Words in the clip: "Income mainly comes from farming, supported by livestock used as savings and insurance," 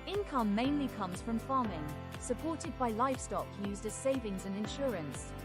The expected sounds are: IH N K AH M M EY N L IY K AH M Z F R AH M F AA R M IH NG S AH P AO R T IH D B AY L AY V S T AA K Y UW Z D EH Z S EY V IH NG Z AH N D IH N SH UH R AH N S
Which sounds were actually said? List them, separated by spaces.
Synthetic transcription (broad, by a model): IH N K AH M M EY N L IY K AH M Z F R AH M F AA M IH NG S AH P AO T IH D B AY L AY V S T AA K Y UW Z D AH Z S EY V IH NG Z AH N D IH N SH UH R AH N S